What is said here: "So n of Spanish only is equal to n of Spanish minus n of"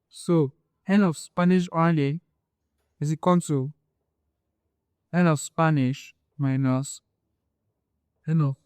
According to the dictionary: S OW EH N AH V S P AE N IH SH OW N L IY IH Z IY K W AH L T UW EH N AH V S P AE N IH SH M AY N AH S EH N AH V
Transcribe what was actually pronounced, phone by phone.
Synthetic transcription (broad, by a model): S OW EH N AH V S P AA N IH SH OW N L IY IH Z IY K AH N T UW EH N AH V S P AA N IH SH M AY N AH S EH N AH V